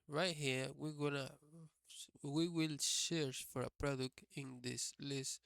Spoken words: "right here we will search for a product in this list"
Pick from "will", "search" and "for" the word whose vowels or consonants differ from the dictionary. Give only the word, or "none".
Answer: search